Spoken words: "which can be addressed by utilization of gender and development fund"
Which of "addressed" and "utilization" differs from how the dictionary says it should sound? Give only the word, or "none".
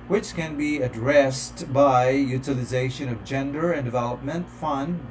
none